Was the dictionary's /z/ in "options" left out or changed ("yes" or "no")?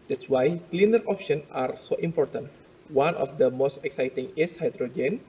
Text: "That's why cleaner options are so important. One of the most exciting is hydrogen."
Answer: yes